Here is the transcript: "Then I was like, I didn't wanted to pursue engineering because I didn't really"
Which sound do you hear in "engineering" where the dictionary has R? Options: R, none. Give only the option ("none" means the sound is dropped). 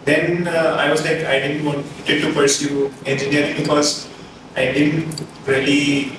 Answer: none